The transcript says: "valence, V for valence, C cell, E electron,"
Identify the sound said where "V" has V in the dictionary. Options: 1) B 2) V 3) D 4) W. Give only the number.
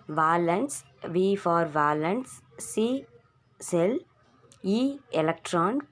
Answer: 2